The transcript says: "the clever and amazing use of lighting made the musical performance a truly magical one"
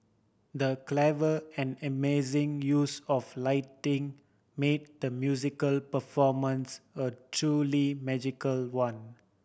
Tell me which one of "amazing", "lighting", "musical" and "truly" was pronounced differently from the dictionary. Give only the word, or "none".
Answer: none